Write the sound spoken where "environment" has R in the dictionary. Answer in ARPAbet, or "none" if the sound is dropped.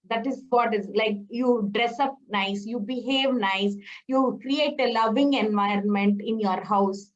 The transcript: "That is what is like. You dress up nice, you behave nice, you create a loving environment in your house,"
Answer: R